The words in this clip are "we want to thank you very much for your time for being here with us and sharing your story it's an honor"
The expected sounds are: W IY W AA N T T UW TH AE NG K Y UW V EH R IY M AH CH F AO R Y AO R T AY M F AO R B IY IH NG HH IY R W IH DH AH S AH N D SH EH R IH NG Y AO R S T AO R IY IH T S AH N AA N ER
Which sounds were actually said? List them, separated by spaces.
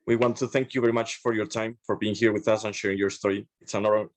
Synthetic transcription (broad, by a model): W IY W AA N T T UW TH AE NG K Y UW V EH R IY M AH CH F AO R Y AO R T AY M F AO R B IY IH NG HH IY R W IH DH AH S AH N SH EH R IH NG Y AO R S T AO R IY IH T S AH N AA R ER